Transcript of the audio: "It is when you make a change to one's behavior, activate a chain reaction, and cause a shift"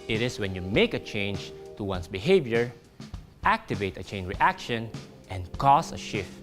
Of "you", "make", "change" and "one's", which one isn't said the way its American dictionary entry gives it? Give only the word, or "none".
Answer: one's